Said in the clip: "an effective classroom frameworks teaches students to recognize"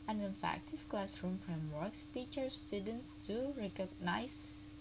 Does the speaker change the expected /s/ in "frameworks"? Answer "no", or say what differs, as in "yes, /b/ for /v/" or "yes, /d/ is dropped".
no